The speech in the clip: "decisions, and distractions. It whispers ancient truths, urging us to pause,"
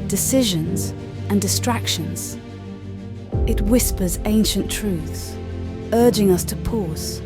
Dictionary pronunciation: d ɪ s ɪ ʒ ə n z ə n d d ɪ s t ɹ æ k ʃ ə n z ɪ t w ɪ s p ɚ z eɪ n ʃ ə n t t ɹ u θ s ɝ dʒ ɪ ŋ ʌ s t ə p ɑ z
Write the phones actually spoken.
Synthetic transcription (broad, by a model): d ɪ s ɪ ʒ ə n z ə n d d ɪ s t ɹ æ k ʃ ə n z ɪ t w ɪ s p ɚ z eɪ n ʃ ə n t t ɹ u θ s ɝ dʒ ɪ ŋ ʌ s t ə p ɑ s